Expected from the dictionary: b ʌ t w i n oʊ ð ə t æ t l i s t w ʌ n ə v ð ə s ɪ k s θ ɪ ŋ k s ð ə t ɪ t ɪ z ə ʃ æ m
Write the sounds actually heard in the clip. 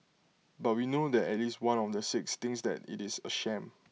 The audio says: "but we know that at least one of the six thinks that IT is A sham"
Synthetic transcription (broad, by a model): b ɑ t w i n oʊ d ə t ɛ t l i s t w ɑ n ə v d ə s ɪ k s t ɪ ŋ s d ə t ɪ t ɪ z ə ʃ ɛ m